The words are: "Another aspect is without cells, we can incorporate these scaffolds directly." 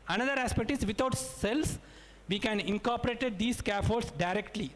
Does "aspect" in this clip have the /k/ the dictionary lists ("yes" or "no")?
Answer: yes